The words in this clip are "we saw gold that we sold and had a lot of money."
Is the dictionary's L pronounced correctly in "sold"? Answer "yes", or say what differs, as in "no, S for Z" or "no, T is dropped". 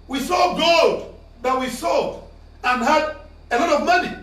no, L is dropped